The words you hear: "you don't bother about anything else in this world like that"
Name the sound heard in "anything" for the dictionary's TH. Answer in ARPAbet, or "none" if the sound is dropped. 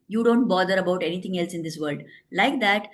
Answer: T